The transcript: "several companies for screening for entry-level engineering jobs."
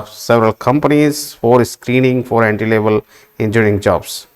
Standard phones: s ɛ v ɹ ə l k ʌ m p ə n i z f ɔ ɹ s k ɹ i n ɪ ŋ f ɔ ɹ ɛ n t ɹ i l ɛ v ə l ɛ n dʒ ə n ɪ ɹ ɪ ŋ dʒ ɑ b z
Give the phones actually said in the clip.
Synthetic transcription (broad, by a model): s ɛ v ɹ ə l k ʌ m p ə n i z f ɔ ɹ s k ɹ i n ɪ ŋ f ɔ ɹ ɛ n t i l ɛ v ə l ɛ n dʒ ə ɪ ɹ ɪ ŋ dʒ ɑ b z